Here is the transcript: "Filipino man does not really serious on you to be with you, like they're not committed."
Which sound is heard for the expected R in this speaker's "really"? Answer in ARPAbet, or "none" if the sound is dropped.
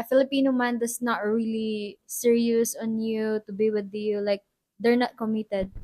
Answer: R